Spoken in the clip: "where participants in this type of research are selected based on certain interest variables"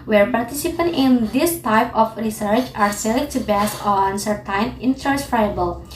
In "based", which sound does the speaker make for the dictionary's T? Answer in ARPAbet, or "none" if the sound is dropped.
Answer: none